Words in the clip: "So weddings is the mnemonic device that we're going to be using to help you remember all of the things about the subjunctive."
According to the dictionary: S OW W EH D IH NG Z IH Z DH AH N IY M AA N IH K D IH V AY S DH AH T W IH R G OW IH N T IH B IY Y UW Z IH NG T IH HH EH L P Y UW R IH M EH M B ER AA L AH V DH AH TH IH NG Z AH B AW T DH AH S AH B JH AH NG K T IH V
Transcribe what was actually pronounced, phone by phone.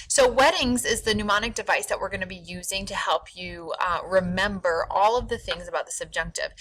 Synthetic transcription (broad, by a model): S OW W EH D IH NG Z IH Z DH AH N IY M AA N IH K D IH V AY S DH AH T W IH R G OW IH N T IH B IY Y UW Z IH NG T IH HH EH L P Y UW R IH M EH M B ER AA L AH V DH AH TH IH NG Z AH B AW T DH AH S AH B JH AH NG K T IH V